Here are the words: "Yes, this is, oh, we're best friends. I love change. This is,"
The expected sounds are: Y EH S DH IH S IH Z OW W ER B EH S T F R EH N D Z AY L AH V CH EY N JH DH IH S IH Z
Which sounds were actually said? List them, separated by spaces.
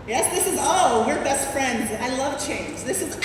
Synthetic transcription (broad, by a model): Y EH S DH IH S IH Z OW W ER B EH S T F R EH N D Z AY L AH V CH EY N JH DH IH S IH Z